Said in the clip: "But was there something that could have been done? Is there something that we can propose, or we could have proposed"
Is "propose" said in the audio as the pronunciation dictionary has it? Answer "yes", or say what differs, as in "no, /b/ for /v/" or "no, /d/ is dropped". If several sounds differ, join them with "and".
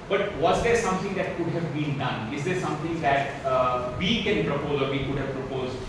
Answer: yes